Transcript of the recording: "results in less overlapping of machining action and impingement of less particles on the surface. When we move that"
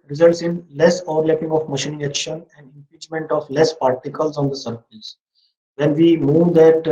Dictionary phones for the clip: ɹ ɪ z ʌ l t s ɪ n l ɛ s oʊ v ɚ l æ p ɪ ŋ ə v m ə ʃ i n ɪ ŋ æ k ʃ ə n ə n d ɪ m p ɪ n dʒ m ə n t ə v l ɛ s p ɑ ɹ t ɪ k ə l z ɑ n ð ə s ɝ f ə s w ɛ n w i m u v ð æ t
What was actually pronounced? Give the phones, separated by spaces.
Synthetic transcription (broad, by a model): ɹ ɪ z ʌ l t s ɪ n l ɛ s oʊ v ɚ l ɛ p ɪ ŋ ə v m ə ʃ i n ɪ ŋ æ k ʃ ə n ə n d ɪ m p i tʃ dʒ m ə n t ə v l ɛ s p ɑ ɹ t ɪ k ə l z ɑ n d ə s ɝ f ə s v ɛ n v i m u v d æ t